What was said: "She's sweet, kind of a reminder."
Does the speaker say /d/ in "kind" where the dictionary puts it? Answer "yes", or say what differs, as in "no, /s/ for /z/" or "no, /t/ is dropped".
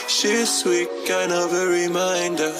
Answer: no, /d/ is dropped